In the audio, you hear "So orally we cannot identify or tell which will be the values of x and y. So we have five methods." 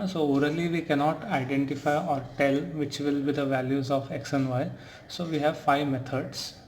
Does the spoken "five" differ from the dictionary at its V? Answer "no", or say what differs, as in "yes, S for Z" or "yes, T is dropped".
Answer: no